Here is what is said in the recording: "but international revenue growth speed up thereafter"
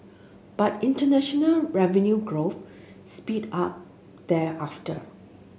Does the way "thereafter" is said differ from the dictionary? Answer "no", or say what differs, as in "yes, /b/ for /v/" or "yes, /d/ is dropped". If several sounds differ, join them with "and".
yes, /ɹ/ is dropped